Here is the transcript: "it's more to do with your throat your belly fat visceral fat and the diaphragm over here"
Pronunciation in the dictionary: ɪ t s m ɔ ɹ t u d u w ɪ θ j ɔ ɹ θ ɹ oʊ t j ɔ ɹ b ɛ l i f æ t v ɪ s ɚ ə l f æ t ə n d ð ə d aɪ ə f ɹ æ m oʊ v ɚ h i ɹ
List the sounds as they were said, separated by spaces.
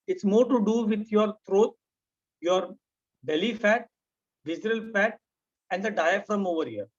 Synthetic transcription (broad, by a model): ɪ t s m ɔ ɹ t u d u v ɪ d j ɔ ɹ t ɹ oʊ t j ɔ ɹ b ɛ l i f æ t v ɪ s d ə l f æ t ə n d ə d aɪ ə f ɹ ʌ m oʊ v ɚ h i ɹ